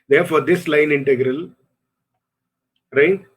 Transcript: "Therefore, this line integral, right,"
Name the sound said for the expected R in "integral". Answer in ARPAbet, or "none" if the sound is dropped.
R